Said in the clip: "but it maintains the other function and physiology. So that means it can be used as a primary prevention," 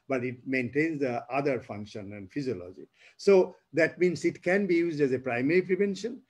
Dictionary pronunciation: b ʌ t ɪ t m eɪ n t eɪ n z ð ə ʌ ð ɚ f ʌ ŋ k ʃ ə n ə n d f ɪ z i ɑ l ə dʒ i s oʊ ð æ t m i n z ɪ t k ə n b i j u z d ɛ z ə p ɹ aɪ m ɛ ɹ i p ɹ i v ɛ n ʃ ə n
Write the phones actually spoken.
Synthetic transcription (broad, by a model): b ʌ t ɪ t m eɪ n t eɪ n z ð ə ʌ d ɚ f ʌ ŋ k ʃ ə n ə n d f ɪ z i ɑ l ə dʒ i s oʊ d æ t m i n s ɪ t k ə n b i j u z d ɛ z ə p ɹ aɪ m ɛ ɹ i p ɹ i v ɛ n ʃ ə n